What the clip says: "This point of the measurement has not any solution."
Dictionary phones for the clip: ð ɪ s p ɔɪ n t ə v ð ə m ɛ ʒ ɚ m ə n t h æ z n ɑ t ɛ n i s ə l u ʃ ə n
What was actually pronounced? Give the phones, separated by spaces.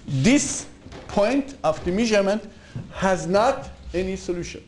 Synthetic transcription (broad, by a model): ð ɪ s p ɔɪ n t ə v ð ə m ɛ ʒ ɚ m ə n t h æ z n ɑ t ɛ n i s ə l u ʃ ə n